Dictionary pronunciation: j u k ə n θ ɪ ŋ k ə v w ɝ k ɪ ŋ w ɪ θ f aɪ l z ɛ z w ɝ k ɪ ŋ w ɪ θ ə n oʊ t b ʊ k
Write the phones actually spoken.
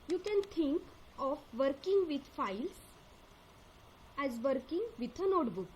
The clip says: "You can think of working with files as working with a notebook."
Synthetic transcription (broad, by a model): j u k ə n t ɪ ŋ k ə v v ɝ k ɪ ŋ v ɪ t f aɪ l s ɛ z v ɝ k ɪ ŋ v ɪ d ə n oʊ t b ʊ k